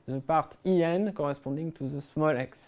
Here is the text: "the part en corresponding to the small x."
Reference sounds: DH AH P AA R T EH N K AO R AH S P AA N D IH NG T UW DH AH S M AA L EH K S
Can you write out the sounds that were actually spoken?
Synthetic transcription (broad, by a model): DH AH P AA R T EH N K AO R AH S P AA D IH NG T UW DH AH S M AA L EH K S